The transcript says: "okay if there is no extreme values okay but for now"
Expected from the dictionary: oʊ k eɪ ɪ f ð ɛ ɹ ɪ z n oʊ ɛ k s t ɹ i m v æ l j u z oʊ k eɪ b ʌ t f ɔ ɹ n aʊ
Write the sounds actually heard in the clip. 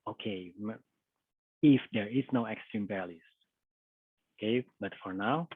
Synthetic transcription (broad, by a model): oʊ k eɪ ɪ f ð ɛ ɹ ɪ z n oʊ ɛ k s t ɹ i m p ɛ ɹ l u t oʊ k eɪ b ʌ t f ɔ ɹ n aʊ